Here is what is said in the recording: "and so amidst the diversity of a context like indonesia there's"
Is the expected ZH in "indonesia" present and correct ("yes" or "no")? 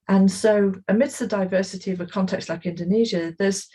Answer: yes